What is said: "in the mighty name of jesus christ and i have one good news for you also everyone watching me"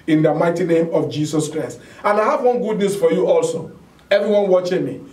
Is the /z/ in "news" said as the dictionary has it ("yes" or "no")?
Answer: no